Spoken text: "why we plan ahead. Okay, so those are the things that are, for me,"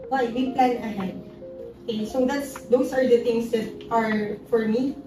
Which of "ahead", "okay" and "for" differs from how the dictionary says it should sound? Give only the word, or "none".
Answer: none